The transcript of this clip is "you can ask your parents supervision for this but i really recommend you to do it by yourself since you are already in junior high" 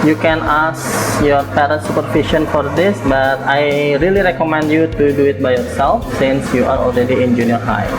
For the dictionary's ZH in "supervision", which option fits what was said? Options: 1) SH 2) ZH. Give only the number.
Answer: 1